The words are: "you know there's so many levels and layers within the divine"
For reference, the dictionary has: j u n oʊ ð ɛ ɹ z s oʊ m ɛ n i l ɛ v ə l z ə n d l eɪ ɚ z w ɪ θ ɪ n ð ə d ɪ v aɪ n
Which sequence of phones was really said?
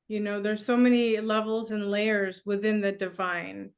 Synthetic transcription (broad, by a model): j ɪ n oʊ ð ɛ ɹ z s oʊ m ɛ n i l ɛ v l z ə n l eɪ ɚ z w ɪ θ ɪ n ð ə d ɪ v aɪ n